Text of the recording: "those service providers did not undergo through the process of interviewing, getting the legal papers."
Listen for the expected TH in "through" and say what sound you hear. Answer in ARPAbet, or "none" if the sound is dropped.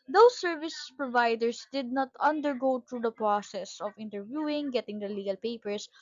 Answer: T